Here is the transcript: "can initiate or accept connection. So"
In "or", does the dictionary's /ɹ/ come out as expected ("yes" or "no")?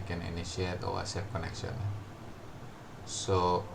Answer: no